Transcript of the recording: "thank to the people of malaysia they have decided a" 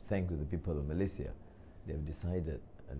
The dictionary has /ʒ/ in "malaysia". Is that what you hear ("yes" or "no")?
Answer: no